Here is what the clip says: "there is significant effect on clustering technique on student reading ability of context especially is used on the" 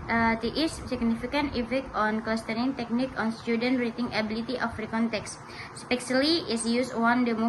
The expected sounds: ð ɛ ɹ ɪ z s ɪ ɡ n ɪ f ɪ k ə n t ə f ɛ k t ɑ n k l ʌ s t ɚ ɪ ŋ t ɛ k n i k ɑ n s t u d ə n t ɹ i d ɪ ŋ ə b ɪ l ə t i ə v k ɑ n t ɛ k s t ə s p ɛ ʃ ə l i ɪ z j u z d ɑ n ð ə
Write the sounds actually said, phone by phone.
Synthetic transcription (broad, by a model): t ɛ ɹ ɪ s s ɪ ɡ n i f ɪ k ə n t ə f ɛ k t ɑ n k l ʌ s t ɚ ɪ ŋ t ɛ k n i k ɑ n s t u d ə n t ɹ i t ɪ ŋ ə b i l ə t i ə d k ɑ n t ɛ k s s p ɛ s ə l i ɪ s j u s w ɑ n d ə